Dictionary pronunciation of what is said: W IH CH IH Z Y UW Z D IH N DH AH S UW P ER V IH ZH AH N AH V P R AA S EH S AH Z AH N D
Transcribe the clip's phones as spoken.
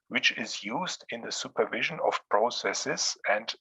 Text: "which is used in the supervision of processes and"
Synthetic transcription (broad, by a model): W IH CH IH Z Y UW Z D IH N DH AH S UW P ER V IH ZH AH N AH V P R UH S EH S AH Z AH N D